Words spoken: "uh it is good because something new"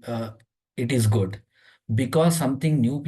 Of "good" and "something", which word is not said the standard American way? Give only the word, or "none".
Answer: something